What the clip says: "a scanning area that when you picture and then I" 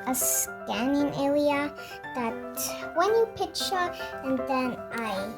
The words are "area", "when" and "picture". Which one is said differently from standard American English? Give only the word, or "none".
area